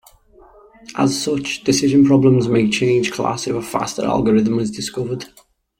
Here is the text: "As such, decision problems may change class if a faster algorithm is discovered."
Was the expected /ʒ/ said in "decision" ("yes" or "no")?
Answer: yes